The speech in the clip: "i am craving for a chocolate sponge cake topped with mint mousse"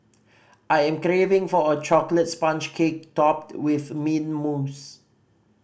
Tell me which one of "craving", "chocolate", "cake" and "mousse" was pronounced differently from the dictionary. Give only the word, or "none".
none